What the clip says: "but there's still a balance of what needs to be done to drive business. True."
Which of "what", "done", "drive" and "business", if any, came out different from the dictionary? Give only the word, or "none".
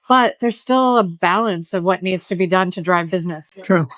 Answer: none